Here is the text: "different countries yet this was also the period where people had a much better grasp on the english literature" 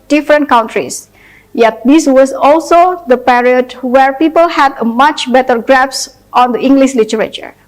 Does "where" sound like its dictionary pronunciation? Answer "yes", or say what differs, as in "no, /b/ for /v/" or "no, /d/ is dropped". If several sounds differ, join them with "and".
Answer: yes